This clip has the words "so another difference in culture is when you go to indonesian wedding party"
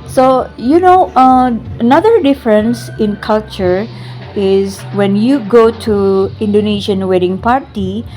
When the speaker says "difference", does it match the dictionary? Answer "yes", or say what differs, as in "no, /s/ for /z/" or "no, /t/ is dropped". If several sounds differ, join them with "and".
yes